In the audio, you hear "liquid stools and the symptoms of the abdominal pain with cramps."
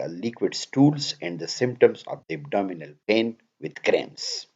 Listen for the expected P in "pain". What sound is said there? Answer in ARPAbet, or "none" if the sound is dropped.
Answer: P